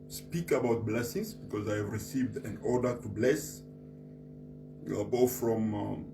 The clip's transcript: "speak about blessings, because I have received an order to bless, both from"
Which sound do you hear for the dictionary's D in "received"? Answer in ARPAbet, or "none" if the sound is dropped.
D